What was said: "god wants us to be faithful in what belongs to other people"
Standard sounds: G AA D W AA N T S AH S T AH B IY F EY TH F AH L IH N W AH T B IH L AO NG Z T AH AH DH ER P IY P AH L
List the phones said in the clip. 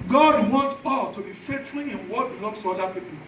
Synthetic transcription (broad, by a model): G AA D W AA N T AO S T AH B IY F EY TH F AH IH N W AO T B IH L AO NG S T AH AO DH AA P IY P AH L